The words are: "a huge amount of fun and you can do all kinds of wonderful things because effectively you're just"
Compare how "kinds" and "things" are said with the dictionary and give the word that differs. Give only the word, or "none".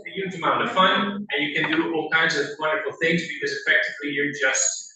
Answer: none